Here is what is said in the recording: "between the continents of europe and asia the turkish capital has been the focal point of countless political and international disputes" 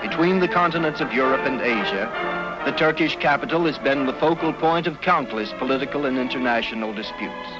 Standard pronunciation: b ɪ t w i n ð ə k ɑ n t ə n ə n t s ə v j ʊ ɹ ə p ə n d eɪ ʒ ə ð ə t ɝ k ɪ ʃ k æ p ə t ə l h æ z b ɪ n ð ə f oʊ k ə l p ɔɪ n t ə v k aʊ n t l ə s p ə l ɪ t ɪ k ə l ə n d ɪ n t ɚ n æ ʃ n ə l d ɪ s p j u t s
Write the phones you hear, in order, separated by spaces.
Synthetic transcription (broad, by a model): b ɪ t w i n ð ə k ɑ n t ə n ə n t s ə v j ʊ ɹ ə p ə n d eɪ ʒ ə ð ə t ɝ k ɪ ʃ k æ p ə t l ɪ z b ɪ n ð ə f oʊ k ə l p ɔɪ n t ə v k aʊ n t l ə s p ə l ɪ t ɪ k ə l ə n ɪ n t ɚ n æ ʃ n l d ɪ s p j u t s